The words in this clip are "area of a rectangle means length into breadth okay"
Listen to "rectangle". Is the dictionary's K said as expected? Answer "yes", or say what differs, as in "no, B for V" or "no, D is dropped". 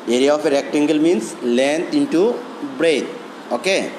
yes